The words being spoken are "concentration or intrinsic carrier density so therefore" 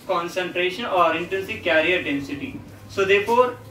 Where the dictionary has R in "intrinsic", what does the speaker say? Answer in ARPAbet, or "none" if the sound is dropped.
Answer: none